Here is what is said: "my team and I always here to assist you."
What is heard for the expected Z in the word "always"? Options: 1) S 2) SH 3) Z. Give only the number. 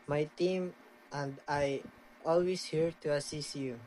1